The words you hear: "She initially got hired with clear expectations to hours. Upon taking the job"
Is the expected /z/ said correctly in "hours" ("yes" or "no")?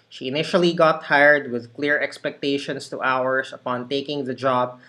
no